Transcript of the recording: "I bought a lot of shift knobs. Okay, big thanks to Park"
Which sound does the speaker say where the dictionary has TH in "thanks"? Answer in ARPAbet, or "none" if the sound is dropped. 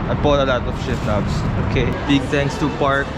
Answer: T